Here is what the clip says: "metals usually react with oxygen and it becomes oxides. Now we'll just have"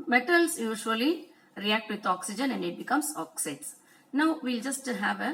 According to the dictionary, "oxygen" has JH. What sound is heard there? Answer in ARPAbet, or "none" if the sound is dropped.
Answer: JH